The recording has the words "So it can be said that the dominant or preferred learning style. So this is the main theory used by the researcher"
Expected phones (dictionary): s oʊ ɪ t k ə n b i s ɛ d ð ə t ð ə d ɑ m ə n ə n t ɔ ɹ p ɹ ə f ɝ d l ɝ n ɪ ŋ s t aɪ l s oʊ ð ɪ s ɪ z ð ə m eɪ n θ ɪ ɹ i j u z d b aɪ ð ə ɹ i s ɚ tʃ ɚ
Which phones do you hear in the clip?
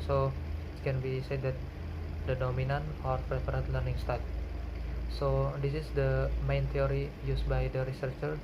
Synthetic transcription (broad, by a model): s oʊ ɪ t k ə n b i s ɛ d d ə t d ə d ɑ m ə n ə n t ɔ ɹ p ɹ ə p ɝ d l ɝ n ɪ ŋ s t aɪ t s oʊ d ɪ s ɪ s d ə m eɪ n t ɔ ɹ i j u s b aɪ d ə ɹ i s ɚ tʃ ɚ